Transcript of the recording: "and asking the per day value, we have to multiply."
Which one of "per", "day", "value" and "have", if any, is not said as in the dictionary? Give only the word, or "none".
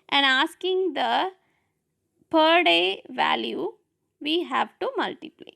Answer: none